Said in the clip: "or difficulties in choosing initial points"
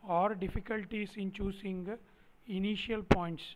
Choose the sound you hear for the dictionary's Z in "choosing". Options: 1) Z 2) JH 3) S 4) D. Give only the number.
3